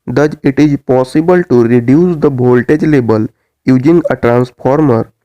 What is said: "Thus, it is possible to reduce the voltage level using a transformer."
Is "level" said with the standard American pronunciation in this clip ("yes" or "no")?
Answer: no